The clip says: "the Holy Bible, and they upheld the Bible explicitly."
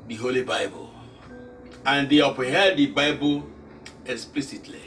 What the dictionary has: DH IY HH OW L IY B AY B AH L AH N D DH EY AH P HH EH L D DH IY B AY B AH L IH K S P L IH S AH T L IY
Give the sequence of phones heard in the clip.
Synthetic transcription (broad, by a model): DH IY HH OW L IY B AY B AH L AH N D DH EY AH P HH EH D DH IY B AY B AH K S P L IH S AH T L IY